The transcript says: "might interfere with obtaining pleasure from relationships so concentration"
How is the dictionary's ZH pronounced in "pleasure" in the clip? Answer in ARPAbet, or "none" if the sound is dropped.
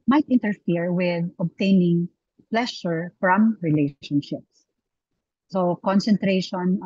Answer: SH